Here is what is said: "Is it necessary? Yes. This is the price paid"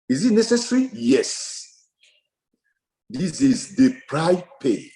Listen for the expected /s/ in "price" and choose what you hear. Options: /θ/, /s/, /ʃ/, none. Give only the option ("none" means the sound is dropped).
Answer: none